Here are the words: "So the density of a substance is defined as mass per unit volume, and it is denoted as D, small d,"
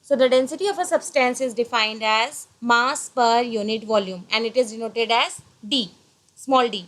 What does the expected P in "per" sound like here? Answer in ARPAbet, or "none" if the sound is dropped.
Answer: P